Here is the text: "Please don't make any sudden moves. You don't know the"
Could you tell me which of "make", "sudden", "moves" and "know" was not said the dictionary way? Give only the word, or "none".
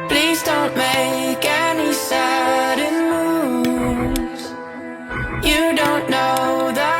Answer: moves